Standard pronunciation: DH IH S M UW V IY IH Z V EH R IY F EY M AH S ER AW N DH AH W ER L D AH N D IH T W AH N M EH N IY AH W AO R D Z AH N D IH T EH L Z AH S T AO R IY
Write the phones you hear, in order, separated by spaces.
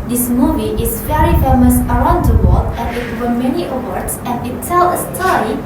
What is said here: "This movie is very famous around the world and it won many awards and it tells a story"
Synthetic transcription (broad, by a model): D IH S M UW V IY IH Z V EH R IY F EY M AH S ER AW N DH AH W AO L AH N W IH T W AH M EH N IY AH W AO R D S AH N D IH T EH L AH S T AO R IY